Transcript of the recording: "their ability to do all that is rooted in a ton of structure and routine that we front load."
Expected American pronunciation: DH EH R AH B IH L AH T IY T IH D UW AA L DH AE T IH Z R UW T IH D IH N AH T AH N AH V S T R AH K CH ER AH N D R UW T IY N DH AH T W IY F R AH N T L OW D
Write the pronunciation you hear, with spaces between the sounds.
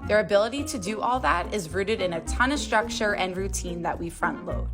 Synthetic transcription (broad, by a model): DH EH R AH B IH L AH T IY T IH D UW AA L DH AE T IH Z R UW T IH D IH N AH T AH N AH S T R AH K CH ER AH N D R UW T IY N DH AH T W IY F R AH N T L OW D